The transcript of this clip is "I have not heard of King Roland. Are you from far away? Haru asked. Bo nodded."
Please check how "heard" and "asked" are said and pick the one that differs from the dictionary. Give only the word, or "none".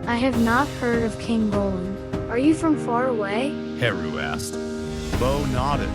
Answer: none